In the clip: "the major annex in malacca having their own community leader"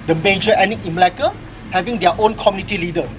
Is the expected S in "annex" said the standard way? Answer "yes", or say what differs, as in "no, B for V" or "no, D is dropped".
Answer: no, S is dropped